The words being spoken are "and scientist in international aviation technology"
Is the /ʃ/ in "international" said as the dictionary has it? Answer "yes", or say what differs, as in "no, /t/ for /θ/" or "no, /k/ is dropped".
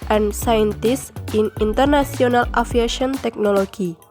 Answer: no, /s/ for /ʃ/